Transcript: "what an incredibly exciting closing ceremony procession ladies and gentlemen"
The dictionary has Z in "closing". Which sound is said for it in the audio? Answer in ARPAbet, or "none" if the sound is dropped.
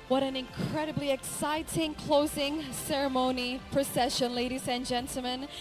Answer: Z